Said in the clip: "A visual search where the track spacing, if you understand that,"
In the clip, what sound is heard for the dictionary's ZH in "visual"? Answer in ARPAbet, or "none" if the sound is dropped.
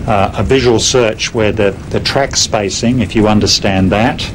ZH